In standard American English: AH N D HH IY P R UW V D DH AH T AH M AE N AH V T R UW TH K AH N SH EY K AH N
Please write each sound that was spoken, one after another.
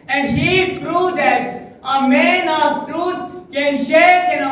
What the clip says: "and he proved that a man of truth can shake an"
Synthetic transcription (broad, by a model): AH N D HH IY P R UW D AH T AH M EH N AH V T R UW T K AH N SH EY K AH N